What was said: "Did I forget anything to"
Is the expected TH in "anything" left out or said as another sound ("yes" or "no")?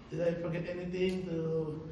yes